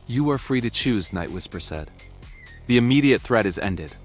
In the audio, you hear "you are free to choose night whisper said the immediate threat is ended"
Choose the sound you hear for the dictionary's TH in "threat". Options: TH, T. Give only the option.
TH